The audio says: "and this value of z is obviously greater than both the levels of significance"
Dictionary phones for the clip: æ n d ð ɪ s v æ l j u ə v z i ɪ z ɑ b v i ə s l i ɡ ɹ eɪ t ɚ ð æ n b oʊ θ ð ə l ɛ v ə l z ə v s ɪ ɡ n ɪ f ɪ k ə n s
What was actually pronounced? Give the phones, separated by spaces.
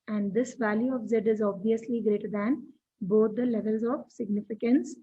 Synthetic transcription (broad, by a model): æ n d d ɪ s v æ l j u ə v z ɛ ɪ z ɑ b v i ə s l i ɡ ɹ eɪ t ɚ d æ n b oʊ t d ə l ɛ v ə l z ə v s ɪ ɡ n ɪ f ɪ k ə n s